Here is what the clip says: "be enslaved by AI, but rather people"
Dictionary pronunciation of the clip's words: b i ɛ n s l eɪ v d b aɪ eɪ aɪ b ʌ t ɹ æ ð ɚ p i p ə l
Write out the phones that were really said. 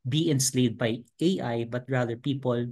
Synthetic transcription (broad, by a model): b i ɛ n s l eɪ d b aɪ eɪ aɪ b ʌ t ɹ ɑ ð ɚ p i p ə l